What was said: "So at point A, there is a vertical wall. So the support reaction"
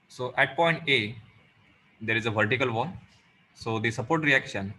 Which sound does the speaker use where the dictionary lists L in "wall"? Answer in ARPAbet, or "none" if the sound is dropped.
N